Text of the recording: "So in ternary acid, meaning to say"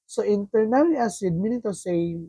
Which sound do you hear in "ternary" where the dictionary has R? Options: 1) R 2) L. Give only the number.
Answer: 2